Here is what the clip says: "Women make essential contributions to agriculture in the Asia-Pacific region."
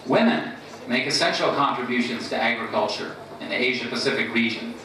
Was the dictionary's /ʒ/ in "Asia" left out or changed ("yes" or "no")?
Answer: no